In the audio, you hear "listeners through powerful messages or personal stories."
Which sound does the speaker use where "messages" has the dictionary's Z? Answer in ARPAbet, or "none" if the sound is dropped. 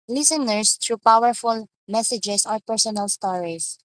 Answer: S